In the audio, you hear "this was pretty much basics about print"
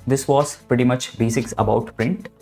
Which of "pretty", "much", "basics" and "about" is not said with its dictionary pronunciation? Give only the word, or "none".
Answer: none